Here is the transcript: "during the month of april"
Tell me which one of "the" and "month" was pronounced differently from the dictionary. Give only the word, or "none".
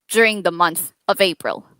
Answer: none